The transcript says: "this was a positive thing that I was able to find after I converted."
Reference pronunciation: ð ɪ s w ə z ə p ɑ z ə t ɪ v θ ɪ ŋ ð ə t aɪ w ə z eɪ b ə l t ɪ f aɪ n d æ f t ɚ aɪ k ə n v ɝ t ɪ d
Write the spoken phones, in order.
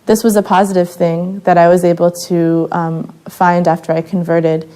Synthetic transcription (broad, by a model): ð ɪ s w ə z ə p ɑ z ə t ɪ v θ ɪ ŋ ð ə t aɪ w ə z eɪ b l t ɪ f aɪ n d æ f t ɚ aɪ k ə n v ɝ t ɪ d